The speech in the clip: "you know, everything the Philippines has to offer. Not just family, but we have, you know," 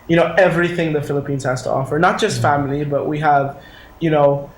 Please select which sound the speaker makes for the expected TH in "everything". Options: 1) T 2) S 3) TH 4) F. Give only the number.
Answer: 3